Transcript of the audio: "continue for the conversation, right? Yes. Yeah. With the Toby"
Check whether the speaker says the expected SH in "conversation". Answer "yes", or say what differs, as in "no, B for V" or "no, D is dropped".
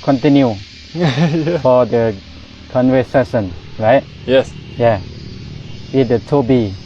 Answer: no, S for SH